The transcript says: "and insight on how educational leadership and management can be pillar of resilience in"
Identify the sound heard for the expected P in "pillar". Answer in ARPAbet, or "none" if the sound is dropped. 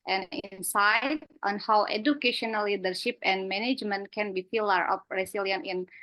F